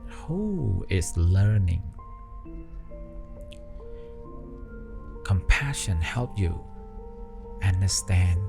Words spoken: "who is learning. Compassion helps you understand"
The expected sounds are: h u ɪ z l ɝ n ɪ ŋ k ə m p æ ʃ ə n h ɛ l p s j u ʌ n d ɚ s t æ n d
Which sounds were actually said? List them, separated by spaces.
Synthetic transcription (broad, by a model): h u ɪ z l ɝ n ɪ ŋ k ə m p æ ʃ ə n h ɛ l p j u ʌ n d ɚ s t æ n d